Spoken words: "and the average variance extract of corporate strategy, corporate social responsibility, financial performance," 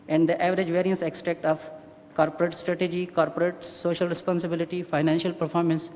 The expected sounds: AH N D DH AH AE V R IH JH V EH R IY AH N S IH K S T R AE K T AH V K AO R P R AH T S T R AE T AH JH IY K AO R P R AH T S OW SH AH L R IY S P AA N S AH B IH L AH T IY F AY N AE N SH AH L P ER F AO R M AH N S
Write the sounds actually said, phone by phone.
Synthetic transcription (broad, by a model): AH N D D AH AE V R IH JH V EH R IY AH N S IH K S T R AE K T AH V K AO R P R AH T S T R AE T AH JH IY K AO R P R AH T S OW SH AH L R IY S P AA N S AH B IH L AH T IY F AY N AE N SH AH L P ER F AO R M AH N S